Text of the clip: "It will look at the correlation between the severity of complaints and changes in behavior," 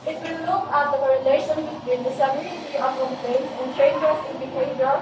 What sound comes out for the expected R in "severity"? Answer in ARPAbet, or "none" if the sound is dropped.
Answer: L